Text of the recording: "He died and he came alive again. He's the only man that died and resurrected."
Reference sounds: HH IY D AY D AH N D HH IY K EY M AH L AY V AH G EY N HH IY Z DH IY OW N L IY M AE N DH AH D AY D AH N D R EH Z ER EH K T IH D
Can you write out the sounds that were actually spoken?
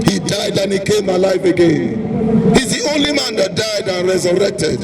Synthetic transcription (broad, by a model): HH IY D AY D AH N HH IY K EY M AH L AY F AH G EY N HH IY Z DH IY OW N L IY M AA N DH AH D AY D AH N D R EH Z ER EH K T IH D